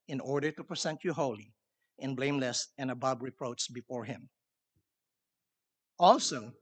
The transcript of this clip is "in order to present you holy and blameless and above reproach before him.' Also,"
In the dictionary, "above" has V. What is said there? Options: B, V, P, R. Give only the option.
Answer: B